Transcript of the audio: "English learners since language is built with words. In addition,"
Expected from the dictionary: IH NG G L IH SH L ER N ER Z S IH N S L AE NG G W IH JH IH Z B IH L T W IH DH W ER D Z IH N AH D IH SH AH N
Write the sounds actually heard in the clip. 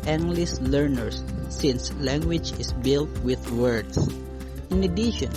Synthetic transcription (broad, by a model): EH NG G L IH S L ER N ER S IH N S L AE NG G W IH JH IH S B IH L T W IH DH W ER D S IH N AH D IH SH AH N